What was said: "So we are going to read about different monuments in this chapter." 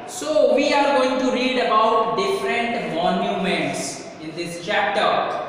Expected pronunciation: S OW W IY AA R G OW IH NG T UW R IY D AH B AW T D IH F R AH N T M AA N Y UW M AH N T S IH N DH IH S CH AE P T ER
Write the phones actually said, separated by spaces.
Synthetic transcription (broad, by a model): S OW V IY AA R G OW IH NG T UW R IY D AH B AW T D IH F R AH N T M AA N Y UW M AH N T S IH N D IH S CH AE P T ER